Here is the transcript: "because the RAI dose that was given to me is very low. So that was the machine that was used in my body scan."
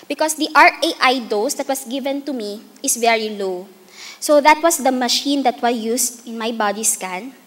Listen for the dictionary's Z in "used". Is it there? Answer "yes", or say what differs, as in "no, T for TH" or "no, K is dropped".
no, S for Z